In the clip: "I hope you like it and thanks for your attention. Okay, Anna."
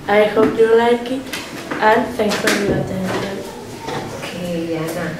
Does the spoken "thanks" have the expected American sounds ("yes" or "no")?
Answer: no